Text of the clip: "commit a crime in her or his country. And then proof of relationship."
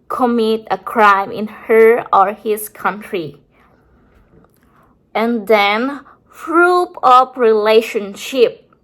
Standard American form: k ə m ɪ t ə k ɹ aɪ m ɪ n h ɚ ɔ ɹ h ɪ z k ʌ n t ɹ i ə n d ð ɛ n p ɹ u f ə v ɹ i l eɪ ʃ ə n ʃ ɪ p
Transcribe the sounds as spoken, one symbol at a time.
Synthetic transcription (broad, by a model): k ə m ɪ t ə k ɹ aɪ m ɪ n h ɚ ɔ ɹ h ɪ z k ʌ n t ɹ i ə n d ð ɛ n f ɹ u p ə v ɹ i l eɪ ʃ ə n ʃ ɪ p